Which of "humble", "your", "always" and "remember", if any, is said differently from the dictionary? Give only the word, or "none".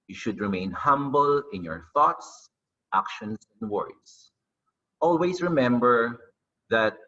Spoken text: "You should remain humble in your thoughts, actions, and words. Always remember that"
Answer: always